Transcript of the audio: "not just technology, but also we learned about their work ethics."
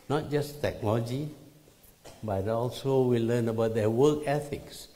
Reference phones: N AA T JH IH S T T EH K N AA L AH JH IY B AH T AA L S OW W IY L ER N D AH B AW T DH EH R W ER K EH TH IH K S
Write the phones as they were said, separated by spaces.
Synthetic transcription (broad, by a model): N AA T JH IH S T T EH K N AA L AH JH IY B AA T AA L S OW W IY L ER N AH B AW T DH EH W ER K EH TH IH K S